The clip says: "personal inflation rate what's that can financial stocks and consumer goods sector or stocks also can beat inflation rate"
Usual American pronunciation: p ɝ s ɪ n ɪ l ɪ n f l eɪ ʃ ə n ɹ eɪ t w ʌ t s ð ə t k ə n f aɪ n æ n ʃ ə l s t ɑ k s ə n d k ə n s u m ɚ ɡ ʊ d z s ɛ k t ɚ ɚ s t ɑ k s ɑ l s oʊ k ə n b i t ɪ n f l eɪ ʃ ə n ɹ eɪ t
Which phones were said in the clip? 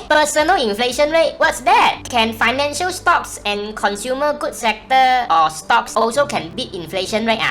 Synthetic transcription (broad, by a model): p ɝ s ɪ n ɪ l ɪ n f l eɪ ʃ ə n ɹ eɪ t w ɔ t s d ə t k ə n f aɪ n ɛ n ʃ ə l s t ɑ k s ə n k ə n s u m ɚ ɡ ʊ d s ɛ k t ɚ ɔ s t ɑ k s ɑ l s oʊ k ə n b i t ɪ n f l eɪ ʃ ə n ɹ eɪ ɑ